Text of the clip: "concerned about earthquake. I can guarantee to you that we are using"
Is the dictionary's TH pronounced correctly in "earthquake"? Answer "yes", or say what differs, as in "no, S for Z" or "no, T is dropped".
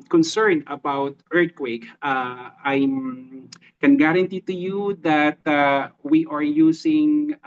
no, T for TH